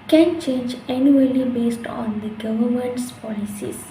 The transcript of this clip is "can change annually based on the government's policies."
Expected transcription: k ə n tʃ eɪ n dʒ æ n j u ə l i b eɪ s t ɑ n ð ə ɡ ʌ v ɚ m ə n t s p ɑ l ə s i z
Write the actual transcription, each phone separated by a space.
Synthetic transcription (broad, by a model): k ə n tʃ eɪ n dʒ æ n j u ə l i b eɪ s t ɑ n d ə ɡ ʌ v ɚ m ə n t s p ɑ l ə s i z